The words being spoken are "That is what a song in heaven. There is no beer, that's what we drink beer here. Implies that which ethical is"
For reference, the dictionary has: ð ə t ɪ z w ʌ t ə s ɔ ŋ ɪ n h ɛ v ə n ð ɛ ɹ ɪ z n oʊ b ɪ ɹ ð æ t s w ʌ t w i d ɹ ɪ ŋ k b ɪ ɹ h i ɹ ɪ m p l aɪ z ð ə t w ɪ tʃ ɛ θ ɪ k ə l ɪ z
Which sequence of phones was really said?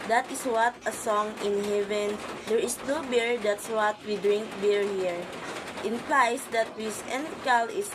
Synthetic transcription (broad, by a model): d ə t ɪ s w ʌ t ə s ɔ ŋ ɪ n h ɛ v ə n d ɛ ɹ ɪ s n oʊ b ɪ ɹ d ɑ t s w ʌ t w i d ɹ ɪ ŋ k b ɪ ɹ h i ɹ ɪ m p l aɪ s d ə t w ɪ s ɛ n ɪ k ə l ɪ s